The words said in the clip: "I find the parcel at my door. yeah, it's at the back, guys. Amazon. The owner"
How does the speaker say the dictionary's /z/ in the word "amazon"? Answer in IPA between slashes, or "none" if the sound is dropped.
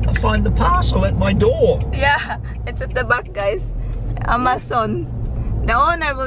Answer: /s/